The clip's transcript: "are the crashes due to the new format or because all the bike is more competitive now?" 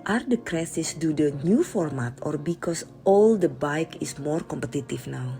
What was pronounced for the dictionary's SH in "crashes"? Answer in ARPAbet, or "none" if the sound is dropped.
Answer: S